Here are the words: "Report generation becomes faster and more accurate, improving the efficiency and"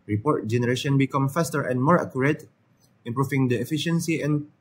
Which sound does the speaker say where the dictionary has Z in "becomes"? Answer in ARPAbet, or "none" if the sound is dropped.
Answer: none